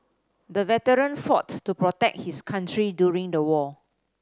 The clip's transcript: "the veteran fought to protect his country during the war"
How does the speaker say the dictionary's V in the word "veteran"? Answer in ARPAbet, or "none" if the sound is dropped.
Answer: V